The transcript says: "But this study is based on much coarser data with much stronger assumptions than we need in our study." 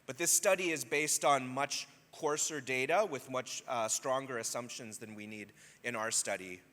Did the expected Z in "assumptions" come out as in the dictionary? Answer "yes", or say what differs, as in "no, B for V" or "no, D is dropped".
yes